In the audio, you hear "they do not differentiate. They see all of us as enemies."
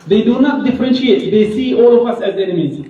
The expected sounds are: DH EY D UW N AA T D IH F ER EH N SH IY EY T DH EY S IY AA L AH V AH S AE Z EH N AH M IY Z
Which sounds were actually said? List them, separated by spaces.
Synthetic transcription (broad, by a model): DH EY D UW N AA T D IH F ER EH N SH IY EY T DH EY S IY AA L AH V AH S AE Z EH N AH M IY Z